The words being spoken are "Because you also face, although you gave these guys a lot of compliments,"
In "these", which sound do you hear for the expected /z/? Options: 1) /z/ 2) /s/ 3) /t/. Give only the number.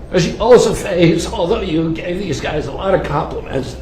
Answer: 1